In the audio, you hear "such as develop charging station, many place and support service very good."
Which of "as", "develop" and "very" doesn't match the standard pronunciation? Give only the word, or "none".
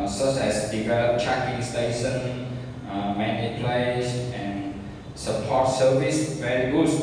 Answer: as